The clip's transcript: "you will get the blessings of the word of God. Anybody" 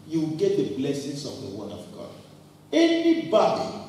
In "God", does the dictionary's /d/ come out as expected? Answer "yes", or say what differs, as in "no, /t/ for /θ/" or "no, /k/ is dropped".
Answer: no, /d/ is dropped